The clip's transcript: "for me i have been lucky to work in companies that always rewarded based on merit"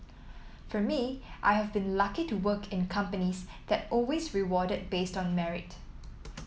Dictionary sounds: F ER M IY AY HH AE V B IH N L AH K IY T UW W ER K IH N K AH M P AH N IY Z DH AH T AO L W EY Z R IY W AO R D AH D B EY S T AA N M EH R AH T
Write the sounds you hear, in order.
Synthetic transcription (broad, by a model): F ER M IY AY HH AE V B IH N L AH K IY T UW W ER K IH N K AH M P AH N IY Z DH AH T AO L W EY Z R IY W AO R D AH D B EY S T AA N M EH R AH T